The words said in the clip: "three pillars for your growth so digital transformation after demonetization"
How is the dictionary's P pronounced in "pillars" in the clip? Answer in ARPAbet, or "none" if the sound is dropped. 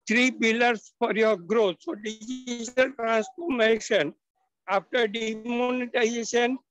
B